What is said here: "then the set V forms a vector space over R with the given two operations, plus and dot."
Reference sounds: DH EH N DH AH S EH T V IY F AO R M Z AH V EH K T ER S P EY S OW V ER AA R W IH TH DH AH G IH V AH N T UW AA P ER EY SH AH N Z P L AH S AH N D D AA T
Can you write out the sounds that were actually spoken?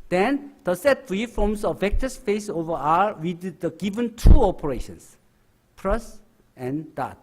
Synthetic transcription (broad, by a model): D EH N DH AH S EH T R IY F AO M S AH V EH K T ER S F EY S OW V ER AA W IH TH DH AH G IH V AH N T UW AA P ER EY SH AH N S P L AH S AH N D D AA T